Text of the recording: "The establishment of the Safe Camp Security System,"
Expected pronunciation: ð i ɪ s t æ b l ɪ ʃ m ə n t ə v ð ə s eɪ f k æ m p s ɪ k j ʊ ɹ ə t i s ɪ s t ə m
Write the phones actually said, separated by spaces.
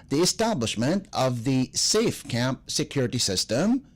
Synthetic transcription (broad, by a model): ð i ɪ s t æ b l ɪ ʃ m ə n t ə v ð ə s eɪ f k æ m p s ɪ k j ʊ ɹ ə t i s ɪ s t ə m